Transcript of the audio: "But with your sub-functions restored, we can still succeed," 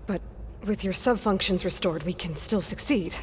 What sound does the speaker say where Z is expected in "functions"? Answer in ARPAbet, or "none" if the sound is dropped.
Z